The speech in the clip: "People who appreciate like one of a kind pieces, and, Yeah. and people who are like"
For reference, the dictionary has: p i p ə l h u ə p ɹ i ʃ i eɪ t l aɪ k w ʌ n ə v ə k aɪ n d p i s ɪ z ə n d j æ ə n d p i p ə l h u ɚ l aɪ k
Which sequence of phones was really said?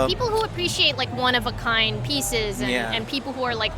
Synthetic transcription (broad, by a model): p i p l h u ə p ɹ i ʃ i eɪ t l aɪ k w ʌ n ə v ə k aɪ n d p i s ɪ z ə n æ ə n p i p l h u ɚ l aɪ k